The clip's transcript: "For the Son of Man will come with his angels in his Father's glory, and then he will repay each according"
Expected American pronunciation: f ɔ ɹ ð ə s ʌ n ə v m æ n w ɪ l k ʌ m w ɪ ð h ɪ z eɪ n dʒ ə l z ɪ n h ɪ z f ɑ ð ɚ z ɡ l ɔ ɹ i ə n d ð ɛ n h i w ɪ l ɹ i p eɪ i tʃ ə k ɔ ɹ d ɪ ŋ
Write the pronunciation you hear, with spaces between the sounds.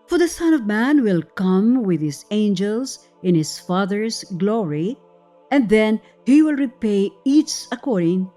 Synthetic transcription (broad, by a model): f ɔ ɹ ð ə s ʌ n ə v m æ n w ɪ l k ʌ m w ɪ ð h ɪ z eɪ n dʒ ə l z ɪ n h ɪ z f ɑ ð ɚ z ɡ l ɔ ɹ i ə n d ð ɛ n h i w ɪ l ɹ i p eɪ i s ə k ɔ ɹ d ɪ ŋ